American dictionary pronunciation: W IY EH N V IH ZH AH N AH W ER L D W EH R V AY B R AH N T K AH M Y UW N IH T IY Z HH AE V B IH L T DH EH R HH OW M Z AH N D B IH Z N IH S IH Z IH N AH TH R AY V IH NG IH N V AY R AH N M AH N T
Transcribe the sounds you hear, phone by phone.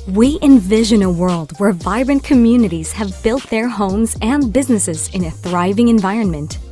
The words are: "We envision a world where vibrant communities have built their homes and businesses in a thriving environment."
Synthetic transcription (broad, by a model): W IY EH N V IH ZH AH N AH W ER L D W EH R V AY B R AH N K AH M Y UW N IH T IY Z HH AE V B IH L T DH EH R HH OW M Z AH N B IH Z N IH S IH Z IH N AH TH R AY V IH NG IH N V AY R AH N M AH N T